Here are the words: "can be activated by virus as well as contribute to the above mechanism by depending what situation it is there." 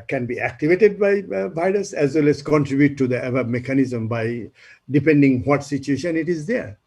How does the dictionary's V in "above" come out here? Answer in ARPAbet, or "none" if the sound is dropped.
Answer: B